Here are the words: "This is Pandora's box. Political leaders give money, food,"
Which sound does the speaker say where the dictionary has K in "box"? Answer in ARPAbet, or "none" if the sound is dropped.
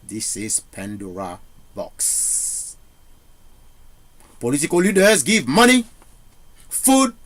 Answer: K